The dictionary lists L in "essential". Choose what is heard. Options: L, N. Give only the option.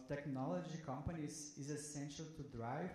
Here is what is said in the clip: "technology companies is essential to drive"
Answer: L